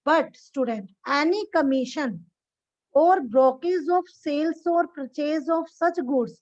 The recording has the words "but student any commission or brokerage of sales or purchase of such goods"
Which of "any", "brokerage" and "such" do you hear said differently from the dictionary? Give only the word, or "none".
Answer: brokerage